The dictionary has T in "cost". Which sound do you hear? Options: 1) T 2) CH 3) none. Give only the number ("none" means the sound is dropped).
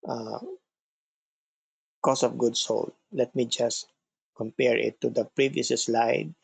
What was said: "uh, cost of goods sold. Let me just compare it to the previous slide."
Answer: 3